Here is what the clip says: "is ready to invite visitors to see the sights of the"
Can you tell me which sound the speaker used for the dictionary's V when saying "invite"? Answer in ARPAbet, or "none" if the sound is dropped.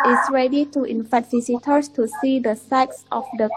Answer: F